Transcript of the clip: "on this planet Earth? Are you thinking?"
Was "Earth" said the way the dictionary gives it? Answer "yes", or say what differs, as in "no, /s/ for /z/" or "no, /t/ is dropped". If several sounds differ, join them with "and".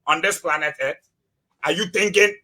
no, /t/ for /θ/